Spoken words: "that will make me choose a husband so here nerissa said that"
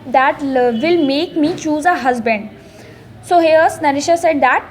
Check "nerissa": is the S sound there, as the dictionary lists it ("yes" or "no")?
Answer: no